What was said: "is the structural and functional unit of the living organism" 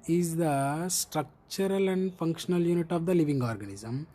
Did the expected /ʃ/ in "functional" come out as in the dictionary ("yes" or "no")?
yes